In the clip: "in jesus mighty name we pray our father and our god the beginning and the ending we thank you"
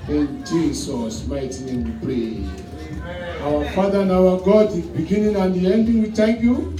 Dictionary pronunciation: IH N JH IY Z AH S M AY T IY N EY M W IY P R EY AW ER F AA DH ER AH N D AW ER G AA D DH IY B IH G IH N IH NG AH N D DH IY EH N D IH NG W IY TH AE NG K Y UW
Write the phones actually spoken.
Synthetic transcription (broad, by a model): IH N JH IY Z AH S M AY T IY N EY M W IY P R EY AW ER F AA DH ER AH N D AW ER G AA D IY B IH G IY N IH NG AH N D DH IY EH N D IH NG W IY T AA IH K Y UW